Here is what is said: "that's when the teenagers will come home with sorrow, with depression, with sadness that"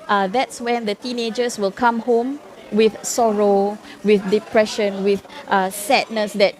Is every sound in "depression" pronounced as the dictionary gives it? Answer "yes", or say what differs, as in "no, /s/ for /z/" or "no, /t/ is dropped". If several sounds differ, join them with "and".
yes